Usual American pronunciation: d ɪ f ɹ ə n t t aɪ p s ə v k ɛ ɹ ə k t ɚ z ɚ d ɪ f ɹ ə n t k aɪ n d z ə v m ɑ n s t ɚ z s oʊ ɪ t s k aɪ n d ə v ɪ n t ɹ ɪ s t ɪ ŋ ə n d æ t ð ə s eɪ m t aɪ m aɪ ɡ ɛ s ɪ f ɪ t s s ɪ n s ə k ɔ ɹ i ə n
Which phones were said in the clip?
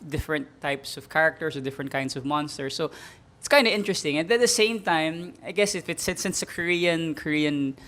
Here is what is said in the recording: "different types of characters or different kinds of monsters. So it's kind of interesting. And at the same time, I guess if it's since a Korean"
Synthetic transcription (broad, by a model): d ɪ f ɹ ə n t t aɪ p s ə v k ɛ ɹ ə k t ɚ s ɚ d ɪ f ɹ ə n t k aɪ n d s ə v m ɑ n s t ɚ s oʊ ɪ t s k aɪ n d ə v ɪ n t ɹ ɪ s t ɪ ŋ ə n d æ t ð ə s eɪ m t aɪ m aɪ ɡ ɛ s ɪ f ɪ t s s ɪ n s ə k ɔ ɹ i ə n